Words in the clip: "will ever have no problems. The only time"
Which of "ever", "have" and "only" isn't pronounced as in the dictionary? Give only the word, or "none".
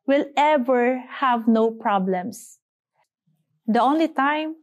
none